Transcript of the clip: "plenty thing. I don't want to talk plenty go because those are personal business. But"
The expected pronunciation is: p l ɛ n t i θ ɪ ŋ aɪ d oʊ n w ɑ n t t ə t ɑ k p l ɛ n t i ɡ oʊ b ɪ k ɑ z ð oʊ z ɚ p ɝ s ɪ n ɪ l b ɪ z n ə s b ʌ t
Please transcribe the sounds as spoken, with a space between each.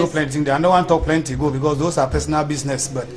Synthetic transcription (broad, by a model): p l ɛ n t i t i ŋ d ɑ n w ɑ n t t t ɑ k p l ɛ n t i ɡ oʊ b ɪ k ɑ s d oʊ s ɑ p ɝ s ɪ n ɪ l b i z n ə s b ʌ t